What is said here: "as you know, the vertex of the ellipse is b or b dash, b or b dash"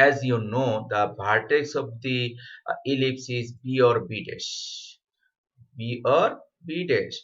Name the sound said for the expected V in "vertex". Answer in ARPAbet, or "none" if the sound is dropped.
B